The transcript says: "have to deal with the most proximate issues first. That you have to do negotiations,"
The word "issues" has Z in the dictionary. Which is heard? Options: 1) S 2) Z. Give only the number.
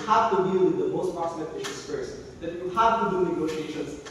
1